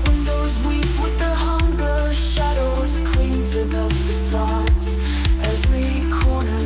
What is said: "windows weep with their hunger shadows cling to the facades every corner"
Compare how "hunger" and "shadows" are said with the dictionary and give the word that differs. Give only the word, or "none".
none